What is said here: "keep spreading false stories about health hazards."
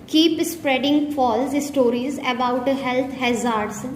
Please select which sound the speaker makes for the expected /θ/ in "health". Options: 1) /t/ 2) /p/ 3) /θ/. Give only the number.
1